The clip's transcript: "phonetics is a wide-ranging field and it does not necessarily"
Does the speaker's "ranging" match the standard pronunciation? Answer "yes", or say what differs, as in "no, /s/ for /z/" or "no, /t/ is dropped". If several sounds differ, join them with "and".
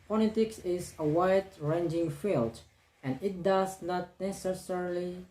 yes